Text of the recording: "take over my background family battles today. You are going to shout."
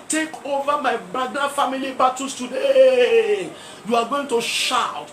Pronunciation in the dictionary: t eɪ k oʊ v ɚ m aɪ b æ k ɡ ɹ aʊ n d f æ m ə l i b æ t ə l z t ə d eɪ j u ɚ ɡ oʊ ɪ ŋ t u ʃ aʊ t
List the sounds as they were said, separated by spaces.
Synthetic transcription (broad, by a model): t eɪ k oʊ v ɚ m aɪ b ɹ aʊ d f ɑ m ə l i b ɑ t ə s t ə d eɪ j u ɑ ɡ oʊ ɪ ŋ t u ʃ aʊ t